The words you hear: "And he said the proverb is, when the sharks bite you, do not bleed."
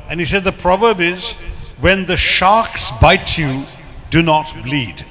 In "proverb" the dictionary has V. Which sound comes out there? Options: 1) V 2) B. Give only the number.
1